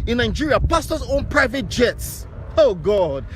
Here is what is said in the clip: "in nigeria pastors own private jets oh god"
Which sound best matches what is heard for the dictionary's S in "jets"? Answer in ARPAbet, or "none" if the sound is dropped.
S